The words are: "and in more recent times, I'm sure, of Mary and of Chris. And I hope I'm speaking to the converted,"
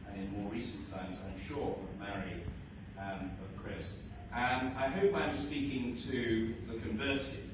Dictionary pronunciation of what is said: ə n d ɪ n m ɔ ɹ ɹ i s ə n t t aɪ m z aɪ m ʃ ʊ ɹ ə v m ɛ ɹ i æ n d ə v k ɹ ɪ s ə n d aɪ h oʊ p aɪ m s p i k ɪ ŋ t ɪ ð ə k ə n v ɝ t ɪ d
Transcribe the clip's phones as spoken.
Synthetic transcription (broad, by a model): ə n ɪ n m ɔ ɹ ɹ i s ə n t t aɪ m z aɪ m ʃ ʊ ɹ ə m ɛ ɹ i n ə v k ɹ ɪ s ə n aɪ h oʊ p aɪ m s p i k ɪ ŋ t ɪ ð ə k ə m v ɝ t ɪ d